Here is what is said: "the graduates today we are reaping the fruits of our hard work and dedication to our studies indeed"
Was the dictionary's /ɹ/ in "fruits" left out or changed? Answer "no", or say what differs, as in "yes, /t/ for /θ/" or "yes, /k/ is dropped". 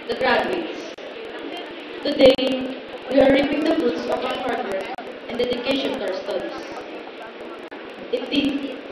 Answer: yes, /ɹ/ is dropped